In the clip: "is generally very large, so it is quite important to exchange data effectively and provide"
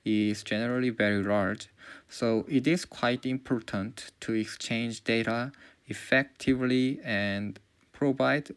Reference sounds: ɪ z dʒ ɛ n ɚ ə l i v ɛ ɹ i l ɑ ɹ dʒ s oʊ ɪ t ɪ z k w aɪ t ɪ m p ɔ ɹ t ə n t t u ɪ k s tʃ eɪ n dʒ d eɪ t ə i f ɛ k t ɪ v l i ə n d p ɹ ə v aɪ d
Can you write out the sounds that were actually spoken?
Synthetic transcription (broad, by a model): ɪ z dʒ ɛ n ɚ ə l i v ɛ ɹ i l ɑ ɹ dʒ s oʊ ɪ t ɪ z k w aɪ t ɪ m p ɔ ɹ t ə n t t u ɪ k s tʃ eɪ n dʒ d eɪ t ə i f ɛ k t ɪ v l i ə n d p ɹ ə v aɪ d